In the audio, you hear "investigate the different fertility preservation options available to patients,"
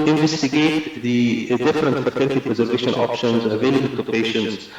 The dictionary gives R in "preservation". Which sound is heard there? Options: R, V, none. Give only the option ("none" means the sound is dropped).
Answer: R